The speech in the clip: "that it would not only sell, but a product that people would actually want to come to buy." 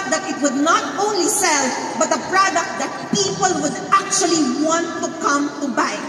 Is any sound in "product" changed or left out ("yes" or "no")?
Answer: no